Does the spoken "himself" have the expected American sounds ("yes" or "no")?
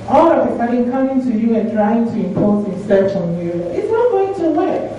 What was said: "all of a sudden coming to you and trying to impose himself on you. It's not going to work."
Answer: no